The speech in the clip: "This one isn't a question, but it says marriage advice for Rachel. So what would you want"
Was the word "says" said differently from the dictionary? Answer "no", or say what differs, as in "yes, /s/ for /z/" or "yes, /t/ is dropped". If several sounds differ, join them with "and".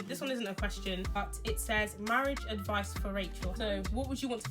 no